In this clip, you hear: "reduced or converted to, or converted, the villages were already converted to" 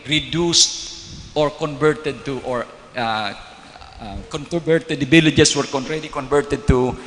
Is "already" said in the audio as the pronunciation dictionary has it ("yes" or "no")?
no